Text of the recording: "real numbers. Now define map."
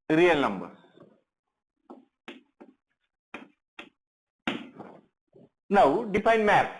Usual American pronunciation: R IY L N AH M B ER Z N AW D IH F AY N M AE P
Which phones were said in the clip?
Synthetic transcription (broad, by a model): R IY L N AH M B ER N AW D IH P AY N M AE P